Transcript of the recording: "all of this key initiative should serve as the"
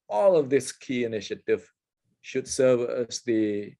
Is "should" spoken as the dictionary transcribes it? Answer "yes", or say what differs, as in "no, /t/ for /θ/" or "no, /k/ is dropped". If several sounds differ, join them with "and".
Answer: yes